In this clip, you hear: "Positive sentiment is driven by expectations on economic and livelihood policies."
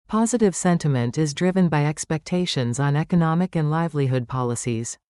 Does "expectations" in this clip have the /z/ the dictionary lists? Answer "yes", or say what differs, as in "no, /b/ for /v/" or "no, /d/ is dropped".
yes